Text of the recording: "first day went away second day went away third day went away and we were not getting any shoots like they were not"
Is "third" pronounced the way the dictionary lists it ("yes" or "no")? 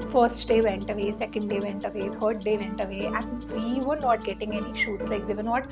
no